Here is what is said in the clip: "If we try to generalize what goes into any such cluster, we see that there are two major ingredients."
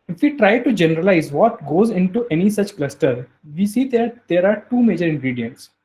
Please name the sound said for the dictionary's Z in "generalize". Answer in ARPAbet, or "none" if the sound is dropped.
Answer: Z